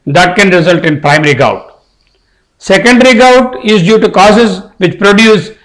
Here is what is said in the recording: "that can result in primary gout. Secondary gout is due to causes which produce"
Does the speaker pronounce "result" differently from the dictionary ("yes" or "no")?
no